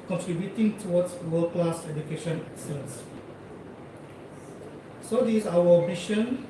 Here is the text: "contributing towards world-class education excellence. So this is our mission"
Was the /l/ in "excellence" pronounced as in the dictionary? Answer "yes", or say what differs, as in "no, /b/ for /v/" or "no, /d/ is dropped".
no, /l/ is dropped